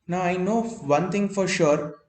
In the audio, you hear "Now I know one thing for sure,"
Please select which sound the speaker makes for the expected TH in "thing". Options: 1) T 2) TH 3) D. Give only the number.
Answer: 1